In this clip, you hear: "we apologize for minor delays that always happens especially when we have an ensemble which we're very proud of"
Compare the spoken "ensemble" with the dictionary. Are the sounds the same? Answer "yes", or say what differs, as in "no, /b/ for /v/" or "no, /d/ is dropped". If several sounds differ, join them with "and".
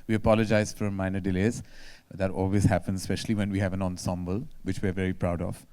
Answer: yes